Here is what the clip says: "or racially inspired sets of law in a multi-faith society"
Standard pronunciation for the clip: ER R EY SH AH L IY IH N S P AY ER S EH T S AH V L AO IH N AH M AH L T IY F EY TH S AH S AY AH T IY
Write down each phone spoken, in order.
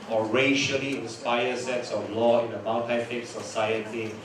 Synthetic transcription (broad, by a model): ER R EY SH AH L IY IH N S P AY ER S EH T S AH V L AO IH N AH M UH N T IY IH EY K S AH S AY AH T IY